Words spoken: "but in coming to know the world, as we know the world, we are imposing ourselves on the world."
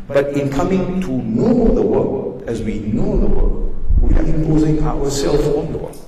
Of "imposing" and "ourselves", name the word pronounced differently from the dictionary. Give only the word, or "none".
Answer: ourselves